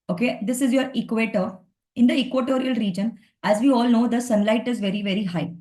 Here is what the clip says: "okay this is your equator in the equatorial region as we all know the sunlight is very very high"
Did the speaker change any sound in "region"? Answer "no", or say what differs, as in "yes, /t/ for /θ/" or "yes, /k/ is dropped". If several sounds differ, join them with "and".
no